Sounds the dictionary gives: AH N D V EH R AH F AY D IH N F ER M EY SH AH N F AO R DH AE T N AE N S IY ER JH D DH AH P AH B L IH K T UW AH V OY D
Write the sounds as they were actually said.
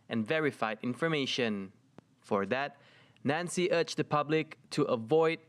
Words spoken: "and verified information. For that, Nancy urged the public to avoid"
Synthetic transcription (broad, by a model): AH N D V EH R AH F AY D IH N F ER M EY SH AH N F AO R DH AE T N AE N S IY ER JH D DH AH P AH B L IH K T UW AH V OY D